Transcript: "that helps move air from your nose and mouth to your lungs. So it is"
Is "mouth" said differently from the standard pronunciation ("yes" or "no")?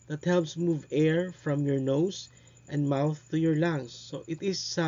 no